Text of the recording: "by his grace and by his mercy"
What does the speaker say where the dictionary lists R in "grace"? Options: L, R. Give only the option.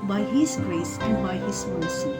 R